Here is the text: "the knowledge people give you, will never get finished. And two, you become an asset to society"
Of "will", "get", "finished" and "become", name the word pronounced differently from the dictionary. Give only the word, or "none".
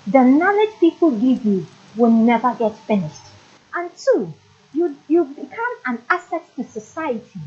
none